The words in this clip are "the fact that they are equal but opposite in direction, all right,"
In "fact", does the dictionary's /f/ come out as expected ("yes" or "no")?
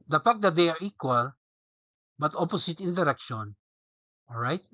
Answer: no